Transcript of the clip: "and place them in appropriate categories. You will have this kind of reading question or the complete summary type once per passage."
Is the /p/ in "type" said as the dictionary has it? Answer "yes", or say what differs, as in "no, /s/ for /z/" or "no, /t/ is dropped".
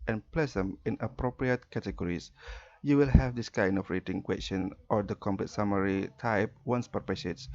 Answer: yes